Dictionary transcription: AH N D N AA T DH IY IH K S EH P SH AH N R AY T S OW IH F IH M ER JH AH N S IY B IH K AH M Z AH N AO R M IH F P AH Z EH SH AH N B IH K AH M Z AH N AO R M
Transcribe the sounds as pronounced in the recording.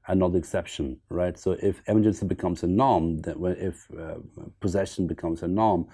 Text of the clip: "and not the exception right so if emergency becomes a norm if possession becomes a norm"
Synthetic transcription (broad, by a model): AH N N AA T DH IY IH K S EH P SH AH N R AY T S OW IH F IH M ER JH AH N S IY B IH K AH M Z AH N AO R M IH F P AH Z EH SH AH N B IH K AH M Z AH N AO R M